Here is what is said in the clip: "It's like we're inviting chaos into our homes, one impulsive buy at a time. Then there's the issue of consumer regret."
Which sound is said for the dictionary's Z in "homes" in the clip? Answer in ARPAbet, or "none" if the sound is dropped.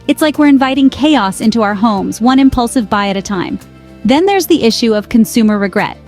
Z